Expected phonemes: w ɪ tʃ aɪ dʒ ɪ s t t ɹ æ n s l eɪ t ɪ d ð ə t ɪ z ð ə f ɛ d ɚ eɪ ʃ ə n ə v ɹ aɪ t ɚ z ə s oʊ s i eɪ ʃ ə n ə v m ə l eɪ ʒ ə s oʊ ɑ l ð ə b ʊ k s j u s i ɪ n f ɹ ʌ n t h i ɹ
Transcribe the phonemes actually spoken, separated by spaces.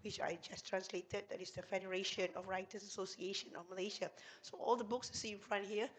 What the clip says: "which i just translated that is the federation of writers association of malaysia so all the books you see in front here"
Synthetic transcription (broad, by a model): w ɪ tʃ aɪ dʒ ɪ s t t ɹ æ n s l eɪ t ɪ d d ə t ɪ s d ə f ɛ d ɚ eɪ ʃ ə n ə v ɹ aɪ t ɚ s ə s oʊ s i eɪ ʃ ə n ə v m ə l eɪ ʃ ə s oʊ ɑ l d ə b ʊ k s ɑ s i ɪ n f ɹ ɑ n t h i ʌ